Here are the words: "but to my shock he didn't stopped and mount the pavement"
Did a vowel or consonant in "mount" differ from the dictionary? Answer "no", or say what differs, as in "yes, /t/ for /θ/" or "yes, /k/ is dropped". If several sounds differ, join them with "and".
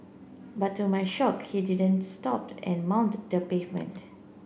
no